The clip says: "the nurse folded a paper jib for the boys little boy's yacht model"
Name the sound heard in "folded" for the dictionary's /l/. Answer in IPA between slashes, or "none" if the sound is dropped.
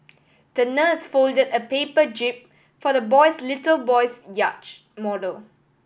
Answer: /l/